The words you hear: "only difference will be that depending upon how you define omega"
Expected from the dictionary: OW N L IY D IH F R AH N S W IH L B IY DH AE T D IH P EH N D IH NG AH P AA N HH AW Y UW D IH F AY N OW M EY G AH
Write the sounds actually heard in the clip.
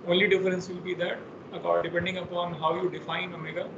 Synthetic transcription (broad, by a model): OW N L IY D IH F R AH N S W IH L B IY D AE T D IH P EH N D IH NG AH P AA N HH AW Y UW D IH F AY N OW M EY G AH